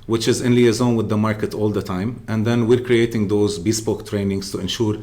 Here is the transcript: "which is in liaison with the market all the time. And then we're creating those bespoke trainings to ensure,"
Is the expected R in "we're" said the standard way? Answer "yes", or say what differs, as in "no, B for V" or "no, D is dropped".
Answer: yes